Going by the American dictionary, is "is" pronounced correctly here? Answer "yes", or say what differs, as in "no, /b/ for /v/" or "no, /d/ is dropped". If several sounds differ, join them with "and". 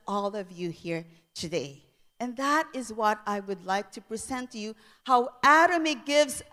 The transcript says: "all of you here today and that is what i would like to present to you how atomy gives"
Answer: yes